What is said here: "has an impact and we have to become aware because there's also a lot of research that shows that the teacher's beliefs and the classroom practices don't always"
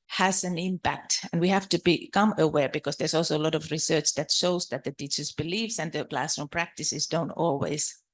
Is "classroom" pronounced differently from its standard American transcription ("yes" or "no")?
yes